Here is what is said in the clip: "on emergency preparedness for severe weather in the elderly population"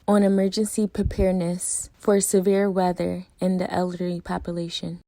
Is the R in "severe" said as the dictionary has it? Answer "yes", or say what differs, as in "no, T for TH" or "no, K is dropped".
yes